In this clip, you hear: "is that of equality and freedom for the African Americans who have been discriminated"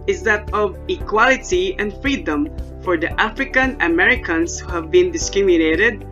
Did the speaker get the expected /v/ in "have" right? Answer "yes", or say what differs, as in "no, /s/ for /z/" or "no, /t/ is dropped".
yes